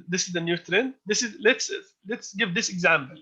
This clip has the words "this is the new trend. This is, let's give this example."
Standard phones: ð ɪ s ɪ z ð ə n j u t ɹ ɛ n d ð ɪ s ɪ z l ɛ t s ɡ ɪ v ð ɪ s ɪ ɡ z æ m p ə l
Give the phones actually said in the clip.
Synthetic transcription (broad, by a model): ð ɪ s ɪ z ð ə n j u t ɹ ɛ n ð ɪ s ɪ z l ɛ t s ɡ ɪ v ð ɪ s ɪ ɡ z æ m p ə l